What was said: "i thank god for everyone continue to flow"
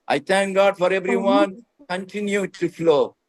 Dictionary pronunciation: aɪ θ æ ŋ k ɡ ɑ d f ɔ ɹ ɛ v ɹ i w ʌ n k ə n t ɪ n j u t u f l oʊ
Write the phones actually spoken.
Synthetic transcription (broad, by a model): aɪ t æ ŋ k ɡ ɑ d f ɔ ɹ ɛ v ɹ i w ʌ n k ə n t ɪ n j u t u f l oʊ